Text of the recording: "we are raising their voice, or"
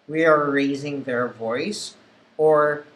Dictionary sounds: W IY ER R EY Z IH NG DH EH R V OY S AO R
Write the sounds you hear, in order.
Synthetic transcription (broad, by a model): W IY ER R EY Z IH NG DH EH R V OY S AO R